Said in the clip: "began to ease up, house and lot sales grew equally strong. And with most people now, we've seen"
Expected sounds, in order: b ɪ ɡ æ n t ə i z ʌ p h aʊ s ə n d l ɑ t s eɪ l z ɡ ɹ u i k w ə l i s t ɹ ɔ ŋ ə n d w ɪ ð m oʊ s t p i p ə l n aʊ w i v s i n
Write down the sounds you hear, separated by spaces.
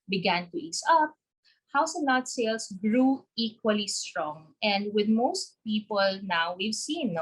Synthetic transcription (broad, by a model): b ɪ ɡ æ n t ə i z ʌ p h aʊ s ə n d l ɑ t s eɪ l s ɡ ɹ u i k w ə l i s t ɹ ɔ ŋ ə n d w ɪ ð m oʊ s t p i p ə l n aʊ w i v s i n